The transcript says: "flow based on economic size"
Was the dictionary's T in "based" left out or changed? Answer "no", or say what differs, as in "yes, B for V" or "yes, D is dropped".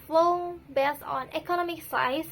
yes, T is dropped